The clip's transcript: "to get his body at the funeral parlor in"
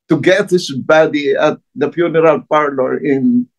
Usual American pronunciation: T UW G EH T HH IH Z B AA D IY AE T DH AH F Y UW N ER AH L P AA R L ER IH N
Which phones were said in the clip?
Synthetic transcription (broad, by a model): T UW G EH T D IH S B AA D IY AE T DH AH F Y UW N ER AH L P AA R L ER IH N